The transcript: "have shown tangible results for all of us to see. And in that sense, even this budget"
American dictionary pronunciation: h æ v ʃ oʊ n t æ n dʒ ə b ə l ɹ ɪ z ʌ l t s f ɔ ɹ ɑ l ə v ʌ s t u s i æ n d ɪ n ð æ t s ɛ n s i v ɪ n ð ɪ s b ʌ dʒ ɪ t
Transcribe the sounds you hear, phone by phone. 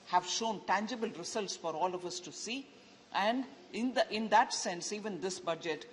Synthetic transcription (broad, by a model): h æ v ʃ oʊ n t æ n dʒ ə b ə l ɹ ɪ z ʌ l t s f ɔ ɹ ɑ l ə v ʌ s t u s i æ n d ɪ n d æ t s ɛ n s i v ɪ n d ɪ s b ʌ dʒ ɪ t